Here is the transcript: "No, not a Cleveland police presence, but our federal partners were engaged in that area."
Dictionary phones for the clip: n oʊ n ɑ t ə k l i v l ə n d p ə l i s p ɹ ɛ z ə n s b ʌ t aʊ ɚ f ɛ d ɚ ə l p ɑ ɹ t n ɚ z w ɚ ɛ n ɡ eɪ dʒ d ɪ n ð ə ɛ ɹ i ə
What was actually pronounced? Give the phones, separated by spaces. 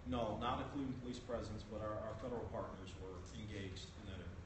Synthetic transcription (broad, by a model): n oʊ n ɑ t ə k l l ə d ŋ p ə l i s p ɹ ɛ z ə n s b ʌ t aʊ ɚ f ɛ d ɚ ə l p ɑ ɹ t n ɚ z w ɚ ɛ n ɡ eɪ dʒ d ɪ n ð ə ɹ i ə